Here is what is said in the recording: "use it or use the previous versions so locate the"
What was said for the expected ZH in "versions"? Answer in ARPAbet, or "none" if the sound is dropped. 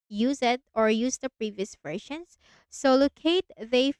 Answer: SH